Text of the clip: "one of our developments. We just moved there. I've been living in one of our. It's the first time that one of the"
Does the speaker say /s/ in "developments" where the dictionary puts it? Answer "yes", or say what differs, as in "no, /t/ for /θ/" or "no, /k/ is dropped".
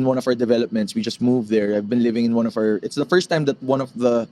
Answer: yes